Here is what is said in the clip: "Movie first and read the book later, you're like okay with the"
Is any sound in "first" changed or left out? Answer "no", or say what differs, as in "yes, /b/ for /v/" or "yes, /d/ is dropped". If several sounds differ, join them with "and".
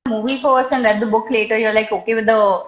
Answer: yes, /t/ is dropped